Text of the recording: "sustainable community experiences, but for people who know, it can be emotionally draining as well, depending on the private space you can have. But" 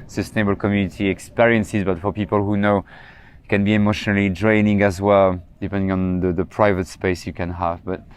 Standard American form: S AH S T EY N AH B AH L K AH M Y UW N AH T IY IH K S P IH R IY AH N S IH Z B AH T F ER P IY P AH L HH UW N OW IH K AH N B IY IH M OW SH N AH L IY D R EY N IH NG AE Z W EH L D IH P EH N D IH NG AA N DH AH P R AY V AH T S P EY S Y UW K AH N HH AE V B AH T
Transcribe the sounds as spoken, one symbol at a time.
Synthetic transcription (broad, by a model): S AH S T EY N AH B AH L K AH M Y UW N AH T IY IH K S P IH R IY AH N S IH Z B AH T F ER P IY P AH L HH UW N OW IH K AH N B IY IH M OW SH N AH L IY D R EY N IH NG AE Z W EH L D IH P EH N D IH NG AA N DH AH P R AY V AH T S P EY S Y UW K AH N HH AE V B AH T